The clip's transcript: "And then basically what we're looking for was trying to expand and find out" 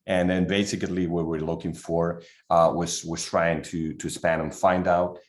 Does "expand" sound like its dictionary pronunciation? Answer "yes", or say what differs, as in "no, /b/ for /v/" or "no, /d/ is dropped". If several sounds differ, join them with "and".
no, /k/ is dropped